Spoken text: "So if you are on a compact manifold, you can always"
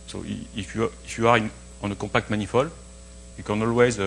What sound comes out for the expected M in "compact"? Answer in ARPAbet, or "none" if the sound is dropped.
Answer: none